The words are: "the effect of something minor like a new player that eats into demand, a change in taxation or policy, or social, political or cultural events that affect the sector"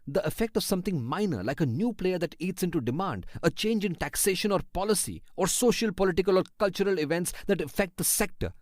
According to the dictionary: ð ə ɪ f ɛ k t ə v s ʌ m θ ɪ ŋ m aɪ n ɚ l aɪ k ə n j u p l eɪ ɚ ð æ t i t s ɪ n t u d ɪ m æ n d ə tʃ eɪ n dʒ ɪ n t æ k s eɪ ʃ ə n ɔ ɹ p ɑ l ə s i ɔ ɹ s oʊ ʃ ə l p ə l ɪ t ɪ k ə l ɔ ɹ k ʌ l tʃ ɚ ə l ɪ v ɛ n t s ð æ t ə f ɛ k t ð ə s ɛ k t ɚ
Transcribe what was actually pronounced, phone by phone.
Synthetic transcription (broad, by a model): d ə ɪ f ɛ k t ə v s ʌ m t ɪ ŋ m aɪ n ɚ l aɪ k ə n j u p l eɪ ɚ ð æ t i t s ɪ n t u d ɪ m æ n d ə tʃ eɪ n dʒ ɪ n t æ k s eɪ ʃ ə n ɔ ɹ p ɑ l ə s i ɔ ɹ s oʊ ʃ ə l p ə l ɪ t ɪ k ə l ɔ ɹ k ʌ l tʃ ɚ ə l ɪ v ɛ n t s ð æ t ə f ɛ k t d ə s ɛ k t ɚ